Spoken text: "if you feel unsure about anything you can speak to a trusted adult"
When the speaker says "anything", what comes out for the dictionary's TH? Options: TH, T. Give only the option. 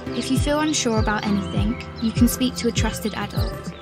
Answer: TH